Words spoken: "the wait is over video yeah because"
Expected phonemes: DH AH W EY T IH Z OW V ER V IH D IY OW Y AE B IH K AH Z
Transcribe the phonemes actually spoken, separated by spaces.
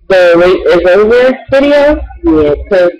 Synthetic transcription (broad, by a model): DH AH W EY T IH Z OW ER V IH D IY OW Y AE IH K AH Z